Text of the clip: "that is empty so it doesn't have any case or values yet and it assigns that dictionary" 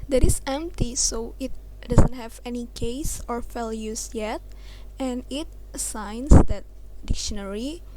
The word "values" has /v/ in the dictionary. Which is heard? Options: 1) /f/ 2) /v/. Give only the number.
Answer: 1